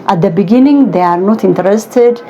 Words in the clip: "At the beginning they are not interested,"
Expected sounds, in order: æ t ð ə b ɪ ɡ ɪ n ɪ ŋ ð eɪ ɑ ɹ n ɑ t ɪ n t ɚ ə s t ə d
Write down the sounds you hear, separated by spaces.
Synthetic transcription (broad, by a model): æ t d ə b ɪ ɡ ɪ n ɪ ŋ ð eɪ ɑ ɹ n ɑ t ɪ n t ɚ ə s t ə d